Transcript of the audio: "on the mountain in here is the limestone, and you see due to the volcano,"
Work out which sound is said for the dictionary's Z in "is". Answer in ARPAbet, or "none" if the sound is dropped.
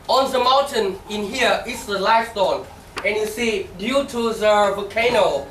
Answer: S